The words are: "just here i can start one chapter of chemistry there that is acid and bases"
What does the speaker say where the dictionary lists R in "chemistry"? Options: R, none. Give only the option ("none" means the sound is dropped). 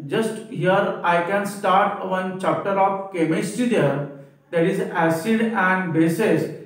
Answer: none